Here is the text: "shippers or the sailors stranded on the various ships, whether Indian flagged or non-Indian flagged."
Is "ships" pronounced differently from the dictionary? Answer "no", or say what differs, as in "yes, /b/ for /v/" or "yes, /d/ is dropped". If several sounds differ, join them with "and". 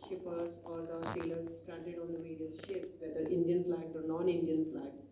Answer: no